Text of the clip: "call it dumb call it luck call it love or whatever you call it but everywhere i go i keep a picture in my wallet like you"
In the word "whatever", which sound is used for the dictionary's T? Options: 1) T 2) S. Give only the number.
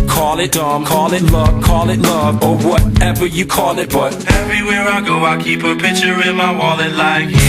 1